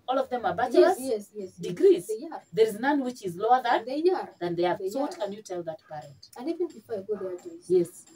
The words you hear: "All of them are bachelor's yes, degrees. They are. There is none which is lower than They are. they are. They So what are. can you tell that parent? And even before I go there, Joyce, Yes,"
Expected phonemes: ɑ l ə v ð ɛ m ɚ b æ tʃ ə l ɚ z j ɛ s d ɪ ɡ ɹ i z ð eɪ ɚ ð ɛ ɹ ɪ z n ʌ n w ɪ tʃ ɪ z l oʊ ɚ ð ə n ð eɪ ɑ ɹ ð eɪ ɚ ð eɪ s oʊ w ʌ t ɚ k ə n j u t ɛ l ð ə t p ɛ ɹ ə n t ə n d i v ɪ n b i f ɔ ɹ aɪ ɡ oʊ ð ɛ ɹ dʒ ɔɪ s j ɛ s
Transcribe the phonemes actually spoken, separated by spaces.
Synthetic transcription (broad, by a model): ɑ l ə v ð ɛ m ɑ b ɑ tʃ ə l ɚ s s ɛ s d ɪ ɡ ɹ i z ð ð ɛ ɹ ɪ z n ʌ n w ɪ tʃ ɪ z l oʊ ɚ ð ə n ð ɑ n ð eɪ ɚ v s oʊ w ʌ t k ə n j u t ɛ l ð ə t b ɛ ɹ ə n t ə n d i v ɪ n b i f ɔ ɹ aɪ ɡ oʊ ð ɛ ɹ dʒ j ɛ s